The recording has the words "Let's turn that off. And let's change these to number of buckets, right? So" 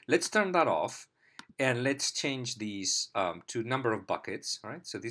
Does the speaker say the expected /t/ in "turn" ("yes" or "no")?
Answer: yes